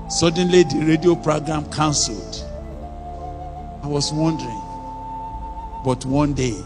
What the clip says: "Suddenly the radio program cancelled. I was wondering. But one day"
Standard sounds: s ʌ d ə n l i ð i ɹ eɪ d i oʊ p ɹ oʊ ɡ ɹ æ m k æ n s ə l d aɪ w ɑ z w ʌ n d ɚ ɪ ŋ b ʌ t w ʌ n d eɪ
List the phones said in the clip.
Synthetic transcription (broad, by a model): s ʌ d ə n l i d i ɹ eɪ d i oʊ p ɹ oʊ ɡ ɹ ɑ m k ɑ n s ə l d aɪ w ɑ s w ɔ n d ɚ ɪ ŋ b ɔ t w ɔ n d eɪ